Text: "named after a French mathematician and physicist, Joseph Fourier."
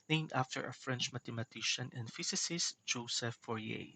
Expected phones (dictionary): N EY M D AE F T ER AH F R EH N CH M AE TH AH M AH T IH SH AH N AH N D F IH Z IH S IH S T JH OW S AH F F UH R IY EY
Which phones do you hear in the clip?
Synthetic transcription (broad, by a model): N EY M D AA F T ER AH F R EH N CH M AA T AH M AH T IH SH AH N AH N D F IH S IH S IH S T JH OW S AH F F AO R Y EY